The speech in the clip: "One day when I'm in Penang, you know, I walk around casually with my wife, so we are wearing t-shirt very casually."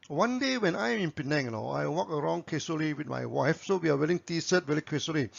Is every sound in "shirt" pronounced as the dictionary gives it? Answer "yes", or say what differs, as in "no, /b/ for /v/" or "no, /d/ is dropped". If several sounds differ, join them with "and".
no, /s/ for /ʃ/